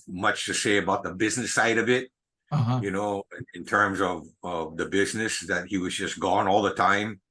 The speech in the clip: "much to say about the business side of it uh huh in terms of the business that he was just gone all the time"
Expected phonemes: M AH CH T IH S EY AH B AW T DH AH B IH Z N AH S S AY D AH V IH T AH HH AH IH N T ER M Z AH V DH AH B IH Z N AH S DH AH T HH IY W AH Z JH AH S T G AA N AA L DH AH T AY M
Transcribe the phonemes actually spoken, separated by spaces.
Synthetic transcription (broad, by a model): M AH CH T IH S EY AH B AW T DH AH B IH Z N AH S S AY D AH V IH T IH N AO IH N T ER M Z AH V DH AH B IH Z N AH S DH AH T HH IY W AH Z JH AH S G AA N AA L DH AH T AY M